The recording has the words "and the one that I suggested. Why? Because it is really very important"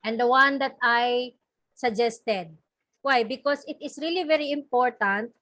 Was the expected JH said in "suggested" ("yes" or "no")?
yes